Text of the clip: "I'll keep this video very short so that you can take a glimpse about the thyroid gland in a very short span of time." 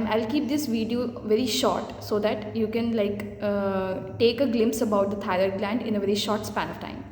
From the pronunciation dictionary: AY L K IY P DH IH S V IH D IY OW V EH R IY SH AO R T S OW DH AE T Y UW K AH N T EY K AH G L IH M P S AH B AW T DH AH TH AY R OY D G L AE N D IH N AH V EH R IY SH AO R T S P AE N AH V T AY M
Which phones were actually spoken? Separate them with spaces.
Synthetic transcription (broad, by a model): AY L K IY P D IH S V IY D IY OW V EH R IY SH AO R T S OW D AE T Y UW K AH N T EY K AH G L IH M P S AH B AW T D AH T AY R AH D G L AE N D IH N AH V EH R IY SH AO R T S P AE N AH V T AY M